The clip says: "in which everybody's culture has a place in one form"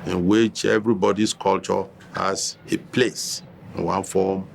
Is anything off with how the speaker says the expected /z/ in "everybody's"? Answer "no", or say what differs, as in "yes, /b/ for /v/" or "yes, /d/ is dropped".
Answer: yes, /s/ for /z/